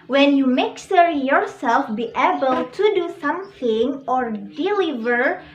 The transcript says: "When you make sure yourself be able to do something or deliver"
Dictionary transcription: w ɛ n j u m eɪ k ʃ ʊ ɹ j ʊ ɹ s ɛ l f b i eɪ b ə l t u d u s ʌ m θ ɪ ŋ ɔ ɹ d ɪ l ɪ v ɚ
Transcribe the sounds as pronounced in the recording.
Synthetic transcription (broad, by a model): w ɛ n j u m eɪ k s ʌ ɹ j ʊ ɹ s ɛ l f b i eɪ b ə l t u d u s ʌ m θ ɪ ŋ ɔ ɹ d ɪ l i v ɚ